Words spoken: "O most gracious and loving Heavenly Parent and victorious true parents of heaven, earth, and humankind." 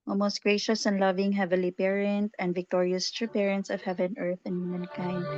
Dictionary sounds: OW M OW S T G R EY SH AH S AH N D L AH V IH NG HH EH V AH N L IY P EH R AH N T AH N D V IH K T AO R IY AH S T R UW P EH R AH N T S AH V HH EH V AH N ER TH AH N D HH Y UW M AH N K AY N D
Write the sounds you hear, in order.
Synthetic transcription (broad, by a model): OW M OW S T G R EY SH AH S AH N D L AH V IH NG HH EH V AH L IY P EH R AH N T AH N D V IH K T AO R IY AH S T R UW P EH R AH N T S AH V HH EH V AH N ER TH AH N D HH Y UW M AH N K AY N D